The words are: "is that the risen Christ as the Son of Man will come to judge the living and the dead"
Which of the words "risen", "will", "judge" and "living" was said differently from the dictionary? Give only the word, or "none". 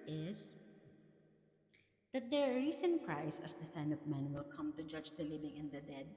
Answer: risen